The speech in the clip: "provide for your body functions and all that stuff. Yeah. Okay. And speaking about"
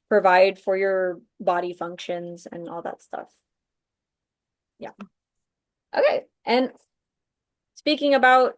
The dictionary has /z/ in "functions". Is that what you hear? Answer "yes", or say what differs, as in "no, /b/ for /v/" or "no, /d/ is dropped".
yes